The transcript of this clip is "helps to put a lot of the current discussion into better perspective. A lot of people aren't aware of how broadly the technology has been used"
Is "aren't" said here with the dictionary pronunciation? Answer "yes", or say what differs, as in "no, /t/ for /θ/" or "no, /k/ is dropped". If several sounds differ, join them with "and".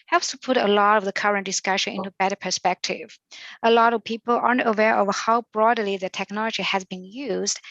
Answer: yes